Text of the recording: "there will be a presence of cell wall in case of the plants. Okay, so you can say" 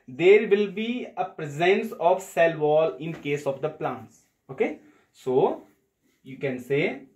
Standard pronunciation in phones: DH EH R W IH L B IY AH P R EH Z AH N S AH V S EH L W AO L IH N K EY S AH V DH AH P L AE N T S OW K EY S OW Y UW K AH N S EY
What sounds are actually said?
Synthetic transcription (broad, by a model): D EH R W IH L B IY AH P R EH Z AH N S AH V S EH L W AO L IH N K EY S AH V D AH P L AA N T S OW K EY S OW Y UW K AH N S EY